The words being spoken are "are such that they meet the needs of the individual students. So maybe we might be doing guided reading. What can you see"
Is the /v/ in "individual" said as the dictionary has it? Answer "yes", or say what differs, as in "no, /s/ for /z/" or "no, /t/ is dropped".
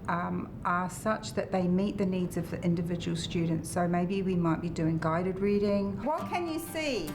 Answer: yes